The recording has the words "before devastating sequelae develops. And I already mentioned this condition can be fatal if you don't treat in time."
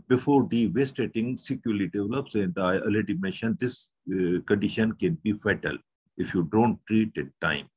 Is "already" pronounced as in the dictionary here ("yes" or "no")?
no